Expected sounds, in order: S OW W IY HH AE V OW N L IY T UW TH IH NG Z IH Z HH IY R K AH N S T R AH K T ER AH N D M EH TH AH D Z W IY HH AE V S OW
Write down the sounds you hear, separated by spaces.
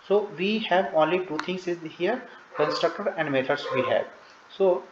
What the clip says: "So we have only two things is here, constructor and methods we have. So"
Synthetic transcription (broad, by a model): S OW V IY HH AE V OW N L IY T UW T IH NG S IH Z HH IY R K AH N S T R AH K T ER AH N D M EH T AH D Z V IY HH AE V S OW